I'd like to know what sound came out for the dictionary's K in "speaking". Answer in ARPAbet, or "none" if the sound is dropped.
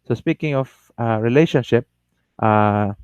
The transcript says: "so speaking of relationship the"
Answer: K